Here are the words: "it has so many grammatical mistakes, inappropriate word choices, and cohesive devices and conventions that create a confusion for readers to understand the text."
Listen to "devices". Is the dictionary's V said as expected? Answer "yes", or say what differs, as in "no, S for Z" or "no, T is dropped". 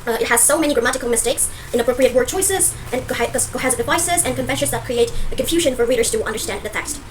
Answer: yes